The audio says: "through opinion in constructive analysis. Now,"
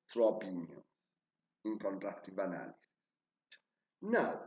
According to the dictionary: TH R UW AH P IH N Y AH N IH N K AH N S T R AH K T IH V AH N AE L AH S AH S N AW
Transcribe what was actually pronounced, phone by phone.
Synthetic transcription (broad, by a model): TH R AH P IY N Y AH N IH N K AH N T R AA T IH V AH N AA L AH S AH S N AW